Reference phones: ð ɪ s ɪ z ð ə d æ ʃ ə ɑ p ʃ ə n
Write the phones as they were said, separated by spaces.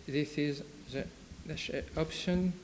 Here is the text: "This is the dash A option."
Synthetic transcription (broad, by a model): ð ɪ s ɪ z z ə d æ s ə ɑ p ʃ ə n